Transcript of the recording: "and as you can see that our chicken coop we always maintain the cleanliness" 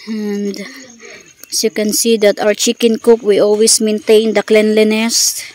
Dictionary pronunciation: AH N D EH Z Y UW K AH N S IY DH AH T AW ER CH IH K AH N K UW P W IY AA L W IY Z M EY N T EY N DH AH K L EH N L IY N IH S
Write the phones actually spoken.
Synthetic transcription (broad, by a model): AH N D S Y UW K AH N S IY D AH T AW ER CH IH K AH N K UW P W IY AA L W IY S M EY N T EY N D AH K L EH N L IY N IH S